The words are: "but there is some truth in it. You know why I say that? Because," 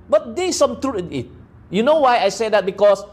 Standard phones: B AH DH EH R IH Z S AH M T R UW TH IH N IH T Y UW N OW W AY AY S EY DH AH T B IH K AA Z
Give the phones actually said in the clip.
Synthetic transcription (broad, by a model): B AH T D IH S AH M T R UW T IH N IH T Y UW N OW W AY AY S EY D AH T B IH K AA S